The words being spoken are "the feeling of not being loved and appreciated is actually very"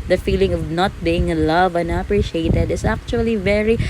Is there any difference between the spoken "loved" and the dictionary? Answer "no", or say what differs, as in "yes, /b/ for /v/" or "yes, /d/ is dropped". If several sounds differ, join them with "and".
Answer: yes, /d/ is dropped